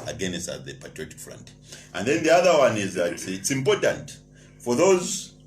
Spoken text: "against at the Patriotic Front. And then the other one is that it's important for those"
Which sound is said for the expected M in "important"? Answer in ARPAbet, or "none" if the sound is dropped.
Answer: M